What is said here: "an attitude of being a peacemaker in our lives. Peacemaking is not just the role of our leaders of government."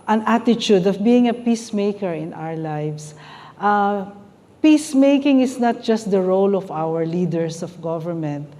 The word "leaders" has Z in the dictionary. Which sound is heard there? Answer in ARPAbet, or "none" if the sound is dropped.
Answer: S